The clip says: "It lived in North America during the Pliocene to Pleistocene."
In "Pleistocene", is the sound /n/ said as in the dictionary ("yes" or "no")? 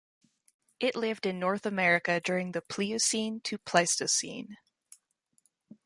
yes